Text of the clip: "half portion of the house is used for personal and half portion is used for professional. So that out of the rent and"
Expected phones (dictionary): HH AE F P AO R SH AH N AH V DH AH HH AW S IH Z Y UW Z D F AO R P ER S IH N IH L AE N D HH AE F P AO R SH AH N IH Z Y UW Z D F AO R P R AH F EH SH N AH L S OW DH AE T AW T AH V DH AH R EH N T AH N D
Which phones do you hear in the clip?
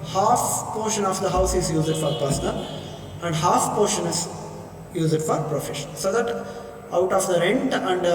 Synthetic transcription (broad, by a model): HH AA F P AO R SH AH N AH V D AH HH AW S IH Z Y UW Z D F AO R P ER S N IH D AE N D HH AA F P AO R SH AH N IH Z Y UW Z D F AO R P R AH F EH SH AH N S OW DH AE T AW T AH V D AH R EH N T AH N D